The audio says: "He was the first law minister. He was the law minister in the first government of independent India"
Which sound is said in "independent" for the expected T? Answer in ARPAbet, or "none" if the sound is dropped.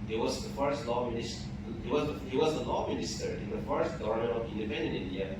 none